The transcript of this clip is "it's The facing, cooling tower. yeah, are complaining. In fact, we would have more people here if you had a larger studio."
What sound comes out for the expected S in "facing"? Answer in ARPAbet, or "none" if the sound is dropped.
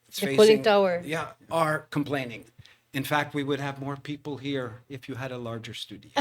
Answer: none